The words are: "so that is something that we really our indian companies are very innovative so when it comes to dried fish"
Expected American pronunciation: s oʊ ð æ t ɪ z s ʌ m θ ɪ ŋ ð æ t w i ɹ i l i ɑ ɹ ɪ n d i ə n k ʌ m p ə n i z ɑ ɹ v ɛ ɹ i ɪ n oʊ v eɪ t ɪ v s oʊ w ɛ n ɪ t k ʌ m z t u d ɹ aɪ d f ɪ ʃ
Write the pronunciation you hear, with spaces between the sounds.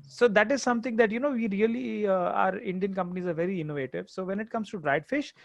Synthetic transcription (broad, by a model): s oʊ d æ t ɪ z s ʌ m t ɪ ŋ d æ t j i ɹ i l i ɑ ɹ ɪ n d i ə n k ʌ m p ə n i z ɑ ɹ v ɛ ɹ i ɪ n oʊ v eɪ t ɪ v s oʊ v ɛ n ɪ t k ʌ m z t u d ɹ aɪ d f ɪ ʃ